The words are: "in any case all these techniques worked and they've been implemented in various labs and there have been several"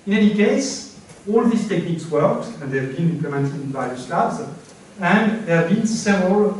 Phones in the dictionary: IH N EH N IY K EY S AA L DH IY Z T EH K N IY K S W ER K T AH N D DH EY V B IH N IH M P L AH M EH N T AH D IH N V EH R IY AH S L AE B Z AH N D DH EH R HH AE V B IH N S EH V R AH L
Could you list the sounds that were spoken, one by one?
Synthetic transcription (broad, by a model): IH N EH N IY K EY S AA L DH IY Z T EH K N IY K S W ER K T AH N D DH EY V B IH N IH M P L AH M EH N T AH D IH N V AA IY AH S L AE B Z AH N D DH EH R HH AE V B IH N S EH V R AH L